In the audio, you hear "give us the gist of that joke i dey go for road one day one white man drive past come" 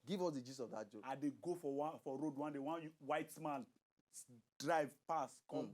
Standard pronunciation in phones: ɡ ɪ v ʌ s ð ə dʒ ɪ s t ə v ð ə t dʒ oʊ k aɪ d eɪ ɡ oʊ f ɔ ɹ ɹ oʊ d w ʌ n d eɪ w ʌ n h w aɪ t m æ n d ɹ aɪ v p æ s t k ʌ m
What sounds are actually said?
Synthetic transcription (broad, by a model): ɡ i v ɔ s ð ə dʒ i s ə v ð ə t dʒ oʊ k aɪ d eɪ ɡ oʊ f ɔ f ɹ oʊ d w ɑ n d eɪ w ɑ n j w aɪ t m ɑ n d ɹ aɪ v p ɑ s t k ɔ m